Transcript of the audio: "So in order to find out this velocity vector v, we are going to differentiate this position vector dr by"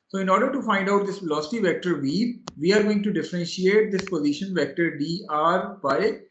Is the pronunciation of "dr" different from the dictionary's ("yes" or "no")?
yes